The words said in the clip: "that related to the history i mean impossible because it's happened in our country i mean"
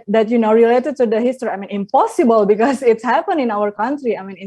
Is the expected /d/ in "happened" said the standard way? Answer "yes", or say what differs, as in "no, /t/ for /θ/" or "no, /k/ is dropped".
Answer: no, /d/ is dropped